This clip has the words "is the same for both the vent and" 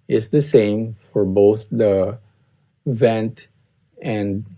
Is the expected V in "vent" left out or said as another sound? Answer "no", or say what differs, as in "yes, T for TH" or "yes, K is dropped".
no